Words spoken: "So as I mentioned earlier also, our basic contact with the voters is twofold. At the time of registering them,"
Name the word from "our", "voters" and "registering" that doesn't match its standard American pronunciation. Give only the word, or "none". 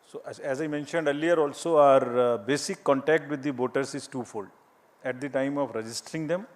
voters